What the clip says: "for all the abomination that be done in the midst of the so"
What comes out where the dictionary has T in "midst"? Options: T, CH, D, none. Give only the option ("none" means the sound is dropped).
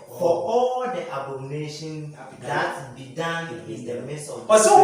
none